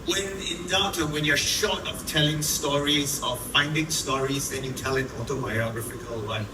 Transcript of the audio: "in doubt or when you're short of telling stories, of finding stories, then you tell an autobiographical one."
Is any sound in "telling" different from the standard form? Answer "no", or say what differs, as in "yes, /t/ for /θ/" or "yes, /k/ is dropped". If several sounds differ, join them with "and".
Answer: no